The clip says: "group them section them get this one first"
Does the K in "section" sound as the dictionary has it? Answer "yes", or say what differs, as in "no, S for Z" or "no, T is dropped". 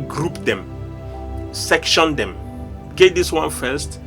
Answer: yes